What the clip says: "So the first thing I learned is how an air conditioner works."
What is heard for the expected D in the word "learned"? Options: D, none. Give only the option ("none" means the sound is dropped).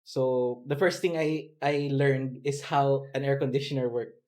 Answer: D